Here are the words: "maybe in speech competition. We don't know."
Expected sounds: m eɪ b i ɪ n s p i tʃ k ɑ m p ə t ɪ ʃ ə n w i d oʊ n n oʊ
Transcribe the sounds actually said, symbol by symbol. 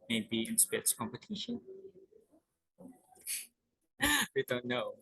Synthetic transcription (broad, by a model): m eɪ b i ɪ n s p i s k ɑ m p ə t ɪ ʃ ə n w i d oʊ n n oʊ